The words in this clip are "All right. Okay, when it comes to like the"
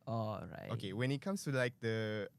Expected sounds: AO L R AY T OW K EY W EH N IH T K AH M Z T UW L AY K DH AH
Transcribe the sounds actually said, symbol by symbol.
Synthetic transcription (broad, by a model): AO R AY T OW K EY W EH N IH T K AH M S T UW L AY K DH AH